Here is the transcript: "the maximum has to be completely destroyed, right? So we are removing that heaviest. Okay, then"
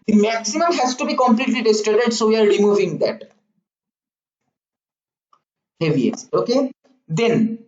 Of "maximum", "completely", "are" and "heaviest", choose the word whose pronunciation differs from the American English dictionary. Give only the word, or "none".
heaviest